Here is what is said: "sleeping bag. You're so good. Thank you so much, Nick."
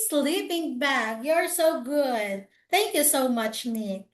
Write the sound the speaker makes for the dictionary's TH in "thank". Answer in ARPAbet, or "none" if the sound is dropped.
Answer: TH